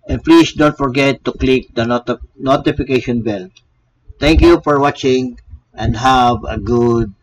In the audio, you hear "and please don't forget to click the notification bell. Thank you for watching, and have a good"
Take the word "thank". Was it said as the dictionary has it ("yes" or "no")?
no